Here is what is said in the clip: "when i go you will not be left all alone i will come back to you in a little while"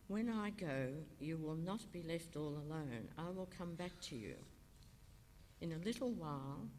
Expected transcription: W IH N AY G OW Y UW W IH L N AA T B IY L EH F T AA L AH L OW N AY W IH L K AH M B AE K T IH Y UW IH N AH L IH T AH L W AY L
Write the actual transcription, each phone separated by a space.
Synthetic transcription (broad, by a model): W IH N AY G OW Y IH W IH L N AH T B IY L EH F T AA L AH L OW N AY W IH L K AH M B AE K T IH Y UW IH N AH L IH T L W AY L